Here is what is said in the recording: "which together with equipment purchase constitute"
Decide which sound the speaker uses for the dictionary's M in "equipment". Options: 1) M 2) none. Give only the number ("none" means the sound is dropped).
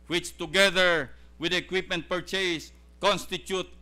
1